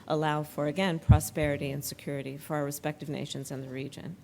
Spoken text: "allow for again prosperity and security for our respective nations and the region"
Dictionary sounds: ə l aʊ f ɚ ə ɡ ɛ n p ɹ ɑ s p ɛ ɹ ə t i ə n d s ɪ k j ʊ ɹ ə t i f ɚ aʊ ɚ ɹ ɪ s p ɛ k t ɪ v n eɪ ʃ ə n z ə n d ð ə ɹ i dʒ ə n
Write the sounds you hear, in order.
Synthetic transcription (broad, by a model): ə l aʊ f ɚ ə ɡ ɛ n p ɹ ɑ s p ɛ ɹ ə t i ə n s ɪ k j ʊ ɹ ə t i f ɚ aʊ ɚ ɹ ɪ s p ɛ k t ɪ v n eɪ ʃ ə n z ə n ð ə ɹ i dʒ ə n